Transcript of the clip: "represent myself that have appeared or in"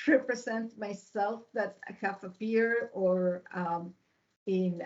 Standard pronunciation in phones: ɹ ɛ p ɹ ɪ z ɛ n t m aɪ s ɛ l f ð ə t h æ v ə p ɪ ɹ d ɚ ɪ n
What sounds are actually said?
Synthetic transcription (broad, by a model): ɹ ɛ p ɹ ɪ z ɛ n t m aɪ s ɛ l f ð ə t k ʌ f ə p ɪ ɹ ɚ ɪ n